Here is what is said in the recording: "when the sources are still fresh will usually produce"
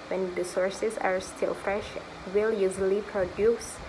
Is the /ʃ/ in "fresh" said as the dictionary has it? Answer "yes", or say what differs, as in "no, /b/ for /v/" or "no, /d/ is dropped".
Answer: yes